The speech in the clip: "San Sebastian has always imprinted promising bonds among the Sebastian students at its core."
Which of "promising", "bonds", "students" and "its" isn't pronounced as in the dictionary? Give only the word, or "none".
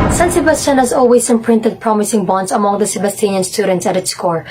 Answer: bonds